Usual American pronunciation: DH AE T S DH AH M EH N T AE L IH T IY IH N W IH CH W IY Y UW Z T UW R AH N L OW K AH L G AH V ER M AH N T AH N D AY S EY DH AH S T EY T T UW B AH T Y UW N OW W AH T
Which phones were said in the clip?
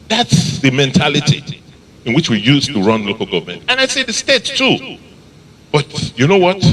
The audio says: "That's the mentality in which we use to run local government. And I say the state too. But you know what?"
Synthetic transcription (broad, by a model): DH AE T S DH AH M EH N T AE L IH T IY IH N W IH CH W IY Y UW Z T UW R AH N L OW K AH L G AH V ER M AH N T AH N AY S EY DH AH S T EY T T UW B AH T Y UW N OW W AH T